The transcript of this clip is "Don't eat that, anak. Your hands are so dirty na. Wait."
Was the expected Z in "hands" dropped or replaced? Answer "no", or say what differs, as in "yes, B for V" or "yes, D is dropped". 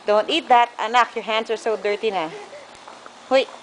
yes, S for Z